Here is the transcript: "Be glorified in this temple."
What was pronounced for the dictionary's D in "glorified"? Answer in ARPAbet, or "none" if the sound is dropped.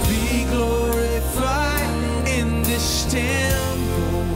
none